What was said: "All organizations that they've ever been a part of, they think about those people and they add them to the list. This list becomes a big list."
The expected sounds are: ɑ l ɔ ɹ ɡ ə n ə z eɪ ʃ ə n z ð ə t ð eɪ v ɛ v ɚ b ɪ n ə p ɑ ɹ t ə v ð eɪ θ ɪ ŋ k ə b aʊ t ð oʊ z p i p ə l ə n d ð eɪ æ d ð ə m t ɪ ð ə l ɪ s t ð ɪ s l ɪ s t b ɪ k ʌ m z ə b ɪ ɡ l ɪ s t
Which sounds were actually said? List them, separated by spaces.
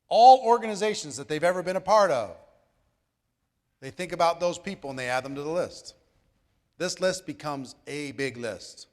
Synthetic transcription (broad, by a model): ɑ l ɔ ɹ ɡ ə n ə z eɪ ʃ n z ð ə t ð eɪ v ɛ v ɚ b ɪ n ə p ɑ ɹ t ə v ð eɪ θ ɪ ŋ k ə b aʊ t ð oʊ z p i p l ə n ð eɪ æ d ð ə m t ɪ ð ə l ɪ s t ð ɪ s l ɪ s t b ɪ k ʌ m z ə b ɪ ɡ l ɪ s t